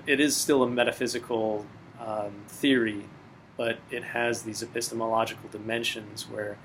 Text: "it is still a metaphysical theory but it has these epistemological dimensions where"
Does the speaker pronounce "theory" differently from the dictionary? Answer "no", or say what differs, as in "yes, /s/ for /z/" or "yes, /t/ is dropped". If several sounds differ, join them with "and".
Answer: no